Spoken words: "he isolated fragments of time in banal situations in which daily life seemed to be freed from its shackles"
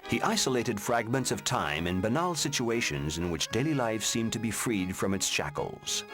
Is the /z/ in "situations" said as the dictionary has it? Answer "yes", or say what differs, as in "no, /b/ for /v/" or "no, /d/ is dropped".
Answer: yes